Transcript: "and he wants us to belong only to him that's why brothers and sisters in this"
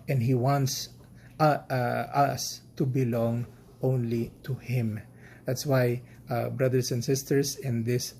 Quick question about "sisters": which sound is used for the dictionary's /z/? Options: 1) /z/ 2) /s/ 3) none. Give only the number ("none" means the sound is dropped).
2